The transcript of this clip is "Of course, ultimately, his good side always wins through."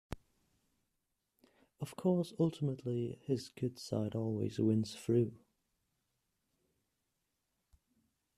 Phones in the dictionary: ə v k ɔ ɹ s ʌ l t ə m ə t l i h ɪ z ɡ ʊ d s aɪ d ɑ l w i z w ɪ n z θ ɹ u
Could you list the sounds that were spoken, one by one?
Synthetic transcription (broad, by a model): ə v k ɔ s ʌ l t ə m ə t l i h ɪ z ɡ ʊ d s aɪ d ɑ l w i z w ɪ n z f ɹ u